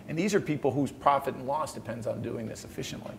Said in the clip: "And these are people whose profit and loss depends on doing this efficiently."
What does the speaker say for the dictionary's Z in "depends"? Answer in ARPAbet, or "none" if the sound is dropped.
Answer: Z